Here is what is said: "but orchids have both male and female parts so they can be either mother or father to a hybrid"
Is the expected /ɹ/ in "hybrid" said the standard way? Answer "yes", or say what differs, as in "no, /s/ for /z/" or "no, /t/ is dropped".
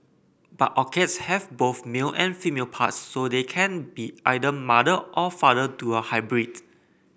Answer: yes